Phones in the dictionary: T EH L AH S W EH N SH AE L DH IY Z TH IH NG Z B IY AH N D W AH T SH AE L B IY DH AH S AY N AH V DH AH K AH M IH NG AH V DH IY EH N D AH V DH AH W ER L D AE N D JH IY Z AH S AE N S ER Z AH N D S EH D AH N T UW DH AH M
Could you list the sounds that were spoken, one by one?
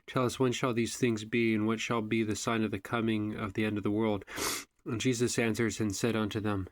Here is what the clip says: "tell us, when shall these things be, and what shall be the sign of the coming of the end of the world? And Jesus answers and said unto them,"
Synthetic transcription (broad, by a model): T EH L AH S W EH N SH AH L DH IY Z TH IH NG Z B IY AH N W AH T SH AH L B IY DH AH S AY N AH V DH AH K AH M IH NG AH V DH IY EH N D AH V DH AH W ER L D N JH IY Z AH S AE N S ER Z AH N S EH D AH N T UW DH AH M